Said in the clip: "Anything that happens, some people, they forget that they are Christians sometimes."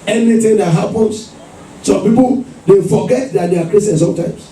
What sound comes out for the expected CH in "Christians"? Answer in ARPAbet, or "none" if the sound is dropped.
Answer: none